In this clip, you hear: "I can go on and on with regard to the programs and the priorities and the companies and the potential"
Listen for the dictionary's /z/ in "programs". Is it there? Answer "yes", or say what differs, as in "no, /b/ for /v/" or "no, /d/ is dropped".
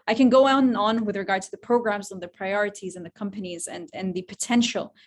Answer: yes